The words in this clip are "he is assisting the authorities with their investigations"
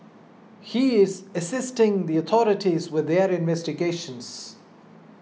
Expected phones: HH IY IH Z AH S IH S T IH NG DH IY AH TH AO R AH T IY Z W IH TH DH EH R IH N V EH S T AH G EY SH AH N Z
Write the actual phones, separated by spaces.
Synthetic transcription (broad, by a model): HH IY IH Z AH S IH S T IH NG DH IY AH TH AO R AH T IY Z W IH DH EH R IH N V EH S T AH G EY SH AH N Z